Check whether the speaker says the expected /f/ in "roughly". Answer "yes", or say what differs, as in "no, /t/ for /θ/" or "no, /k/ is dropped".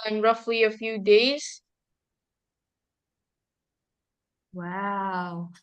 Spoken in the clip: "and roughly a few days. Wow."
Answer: yes